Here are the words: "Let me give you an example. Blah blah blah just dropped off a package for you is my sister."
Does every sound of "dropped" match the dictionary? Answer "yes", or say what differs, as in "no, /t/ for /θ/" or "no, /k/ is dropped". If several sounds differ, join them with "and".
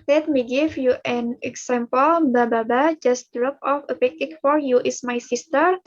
no, /t/ is dropped